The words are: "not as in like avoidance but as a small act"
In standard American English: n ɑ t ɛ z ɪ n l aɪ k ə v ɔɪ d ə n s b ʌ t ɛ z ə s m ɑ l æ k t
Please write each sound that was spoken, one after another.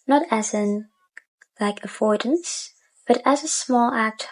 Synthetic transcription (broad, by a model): n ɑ t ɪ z ɪ n l aɪ k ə f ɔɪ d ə n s b ʌ t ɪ z ə s m ɑ l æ k t